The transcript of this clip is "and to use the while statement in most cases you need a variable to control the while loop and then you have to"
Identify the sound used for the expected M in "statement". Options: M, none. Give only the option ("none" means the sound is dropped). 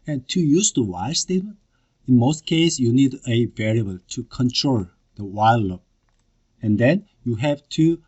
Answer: none